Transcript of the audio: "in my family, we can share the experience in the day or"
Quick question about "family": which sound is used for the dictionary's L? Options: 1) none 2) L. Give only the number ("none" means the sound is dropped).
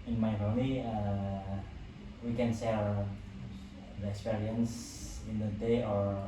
1